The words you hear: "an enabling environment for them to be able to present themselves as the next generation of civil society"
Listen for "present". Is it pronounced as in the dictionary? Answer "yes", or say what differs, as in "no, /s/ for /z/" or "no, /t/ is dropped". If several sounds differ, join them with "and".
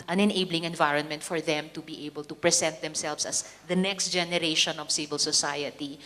no, /s/ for /z/